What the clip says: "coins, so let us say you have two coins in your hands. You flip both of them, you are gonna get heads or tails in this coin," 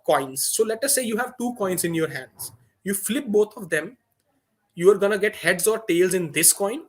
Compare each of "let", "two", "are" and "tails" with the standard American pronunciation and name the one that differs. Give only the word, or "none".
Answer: none